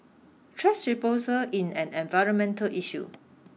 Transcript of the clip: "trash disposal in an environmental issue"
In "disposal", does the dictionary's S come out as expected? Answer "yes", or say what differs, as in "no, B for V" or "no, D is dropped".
no, S is dropped